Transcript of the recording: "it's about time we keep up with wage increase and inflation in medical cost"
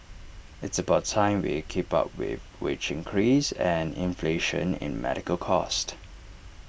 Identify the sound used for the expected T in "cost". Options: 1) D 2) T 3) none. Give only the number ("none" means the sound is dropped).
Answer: 2